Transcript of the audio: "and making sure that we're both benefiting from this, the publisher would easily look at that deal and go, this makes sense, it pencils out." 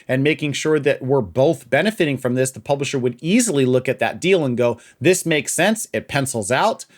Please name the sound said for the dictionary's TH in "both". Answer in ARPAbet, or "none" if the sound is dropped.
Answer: TH